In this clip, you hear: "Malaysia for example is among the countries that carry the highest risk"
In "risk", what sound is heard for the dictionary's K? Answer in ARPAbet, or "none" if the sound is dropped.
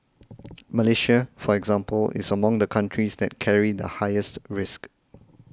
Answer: K